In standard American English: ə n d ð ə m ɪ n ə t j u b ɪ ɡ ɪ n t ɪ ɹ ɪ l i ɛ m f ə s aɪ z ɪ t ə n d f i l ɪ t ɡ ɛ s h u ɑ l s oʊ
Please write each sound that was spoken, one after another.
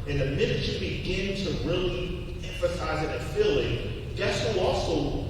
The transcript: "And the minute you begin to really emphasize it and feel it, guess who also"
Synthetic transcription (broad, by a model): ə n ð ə m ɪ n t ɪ b ɪ ɡ ɪ n t ɪ ɹ ɪ l i ɛ m f ə s aɪ z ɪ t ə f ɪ l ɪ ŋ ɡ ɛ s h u ɑ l s oʊ